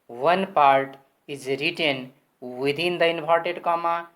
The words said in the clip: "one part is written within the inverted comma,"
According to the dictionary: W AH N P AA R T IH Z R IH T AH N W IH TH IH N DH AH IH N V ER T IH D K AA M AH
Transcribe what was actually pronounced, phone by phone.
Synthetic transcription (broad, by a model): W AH N P AA R T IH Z R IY T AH N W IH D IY N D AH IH N P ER T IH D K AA M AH